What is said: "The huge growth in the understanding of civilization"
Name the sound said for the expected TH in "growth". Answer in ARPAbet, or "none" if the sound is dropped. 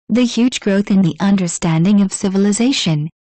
TH